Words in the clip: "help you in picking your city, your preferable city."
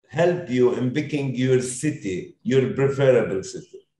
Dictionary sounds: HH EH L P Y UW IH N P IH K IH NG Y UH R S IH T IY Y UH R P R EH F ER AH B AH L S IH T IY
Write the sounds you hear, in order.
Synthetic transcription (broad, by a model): HH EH L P Y UW IH N B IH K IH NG Y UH R S IH T IY Y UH R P R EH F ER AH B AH L S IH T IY